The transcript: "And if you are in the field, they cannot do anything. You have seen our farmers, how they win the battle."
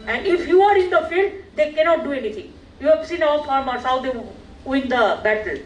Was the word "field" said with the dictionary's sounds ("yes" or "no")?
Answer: yes